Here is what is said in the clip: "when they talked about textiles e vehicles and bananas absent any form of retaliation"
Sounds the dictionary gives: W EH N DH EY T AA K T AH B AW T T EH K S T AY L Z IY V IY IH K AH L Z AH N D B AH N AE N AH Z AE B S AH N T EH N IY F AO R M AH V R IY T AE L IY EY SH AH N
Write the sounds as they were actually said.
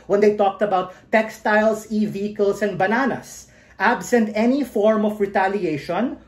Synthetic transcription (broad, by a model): W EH N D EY T AA K T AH B AW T T EH K S T AY L S IY V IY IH K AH L S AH N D B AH N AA N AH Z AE B S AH N T EH N IY F AO R M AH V R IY T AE L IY EY SH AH N